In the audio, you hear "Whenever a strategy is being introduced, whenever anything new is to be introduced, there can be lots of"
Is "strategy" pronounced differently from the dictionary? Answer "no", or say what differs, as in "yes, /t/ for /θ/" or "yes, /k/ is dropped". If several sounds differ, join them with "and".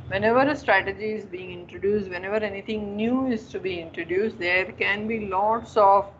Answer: no